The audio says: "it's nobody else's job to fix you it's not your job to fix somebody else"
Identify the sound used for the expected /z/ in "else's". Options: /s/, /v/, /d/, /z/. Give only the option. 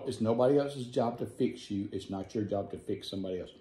/z/